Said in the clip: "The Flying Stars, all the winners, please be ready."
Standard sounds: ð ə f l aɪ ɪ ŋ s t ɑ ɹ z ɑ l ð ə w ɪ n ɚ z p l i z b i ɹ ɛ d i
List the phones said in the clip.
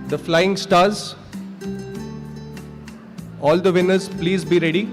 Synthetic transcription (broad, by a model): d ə f l aɪ ɪ ŋ s t ɑ ɹ z ɑ l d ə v ɪ n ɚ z p l i z b i ɹ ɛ d i